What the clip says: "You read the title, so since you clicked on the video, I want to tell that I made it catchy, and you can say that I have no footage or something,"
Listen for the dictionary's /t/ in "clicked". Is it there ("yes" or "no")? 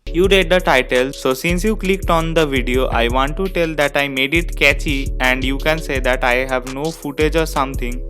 yes